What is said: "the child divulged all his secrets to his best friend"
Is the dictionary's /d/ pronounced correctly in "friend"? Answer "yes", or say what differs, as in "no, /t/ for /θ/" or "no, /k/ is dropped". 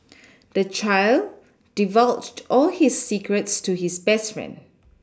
no, /d/ is dropped